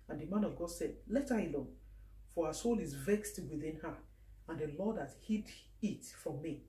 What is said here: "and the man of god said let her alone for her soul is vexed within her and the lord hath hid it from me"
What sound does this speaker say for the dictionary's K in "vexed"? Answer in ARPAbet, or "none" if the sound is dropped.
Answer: K